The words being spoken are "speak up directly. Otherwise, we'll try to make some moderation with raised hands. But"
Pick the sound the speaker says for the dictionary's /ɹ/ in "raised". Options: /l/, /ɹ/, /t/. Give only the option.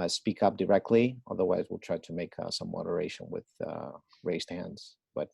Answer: /ɹ/